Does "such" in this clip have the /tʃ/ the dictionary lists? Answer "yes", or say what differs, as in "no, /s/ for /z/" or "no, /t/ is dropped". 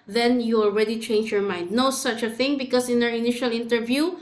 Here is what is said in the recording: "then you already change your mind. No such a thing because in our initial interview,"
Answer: yes